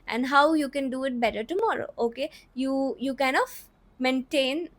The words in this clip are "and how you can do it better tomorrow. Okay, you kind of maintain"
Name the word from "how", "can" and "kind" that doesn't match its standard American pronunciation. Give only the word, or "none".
kind